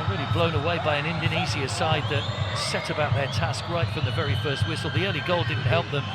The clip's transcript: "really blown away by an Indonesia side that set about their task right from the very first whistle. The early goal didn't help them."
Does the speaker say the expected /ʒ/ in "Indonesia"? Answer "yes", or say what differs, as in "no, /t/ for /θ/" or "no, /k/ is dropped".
no, /z/ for /ʒ/